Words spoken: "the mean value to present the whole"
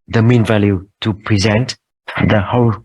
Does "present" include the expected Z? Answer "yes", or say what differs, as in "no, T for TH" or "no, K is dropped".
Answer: yes